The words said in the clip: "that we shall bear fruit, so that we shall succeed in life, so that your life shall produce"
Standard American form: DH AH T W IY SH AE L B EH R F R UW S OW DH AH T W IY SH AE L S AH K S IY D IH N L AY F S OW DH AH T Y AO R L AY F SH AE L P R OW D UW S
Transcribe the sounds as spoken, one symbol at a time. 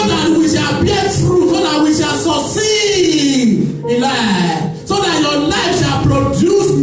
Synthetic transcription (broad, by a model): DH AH T W IY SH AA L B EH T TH R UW S OW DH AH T W IY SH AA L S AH S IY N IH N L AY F S OW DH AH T Y AO L AY F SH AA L P R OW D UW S